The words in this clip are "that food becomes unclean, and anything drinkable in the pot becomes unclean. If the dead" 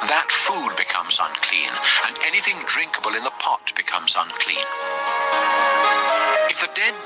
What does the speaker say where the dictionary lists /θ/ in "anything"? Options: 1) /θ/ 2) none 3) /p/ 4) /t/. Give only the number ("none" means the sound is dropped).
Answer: 1